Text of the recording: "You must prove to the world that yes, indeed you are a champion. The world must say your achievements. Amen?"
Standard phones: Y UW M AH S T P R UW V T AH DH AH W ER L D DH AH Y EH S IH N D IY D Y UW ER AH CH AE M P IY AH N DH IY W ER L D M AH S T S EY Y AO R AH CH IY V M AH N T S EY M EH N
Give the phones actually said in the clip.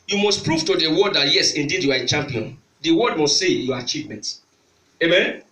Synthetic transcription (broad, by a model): Y UW M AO S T P R UW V T AH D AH W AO D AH Y EH S IH N D IY D Y UW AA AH CH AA M P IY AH N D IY W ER D M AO S T S EY Y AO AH CH IY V M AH N T EY M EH N